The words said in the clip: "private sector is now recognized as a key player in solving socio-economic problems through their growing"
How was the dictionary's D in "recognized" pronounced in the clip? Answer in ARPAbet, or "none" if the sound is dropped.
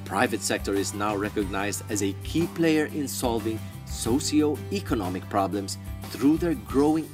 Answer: D